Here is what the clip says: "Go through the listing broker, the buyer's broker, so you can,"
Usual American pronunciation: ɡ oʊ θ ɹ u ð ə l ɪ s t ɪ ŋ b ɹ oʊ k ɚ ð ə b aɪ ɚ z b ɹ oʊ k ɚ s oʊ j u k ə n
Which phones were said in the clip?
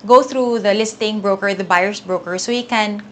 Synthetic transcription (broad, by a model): ɡ oʊ θ ɹ u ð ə l ɪ s t ɪ ŋ b ɹ oʊ k ɚ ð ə b aɪ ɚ s b ɹ oʊ k ɚ s oʊ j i k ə n